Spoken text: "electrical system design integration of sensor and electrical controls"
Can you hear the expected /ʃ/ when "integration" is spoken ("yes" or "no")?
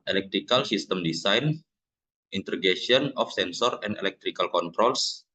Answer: no